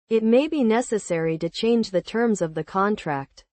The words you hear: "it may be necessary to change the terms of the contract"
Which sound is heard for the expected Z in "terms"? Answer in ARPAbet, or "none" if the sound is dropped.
Z